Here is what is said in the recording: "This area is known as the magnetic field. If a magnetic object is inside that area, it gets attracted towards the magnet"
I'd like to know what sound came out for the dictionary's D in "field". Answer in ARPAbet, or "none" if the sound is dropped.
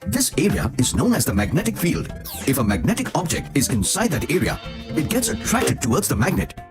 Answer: D